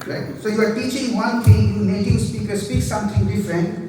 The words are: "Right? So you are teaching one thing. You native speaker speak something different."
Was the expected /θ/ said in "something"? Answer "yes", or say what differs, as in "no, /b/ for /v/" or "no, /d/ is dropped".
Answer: no, /t/ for /θ/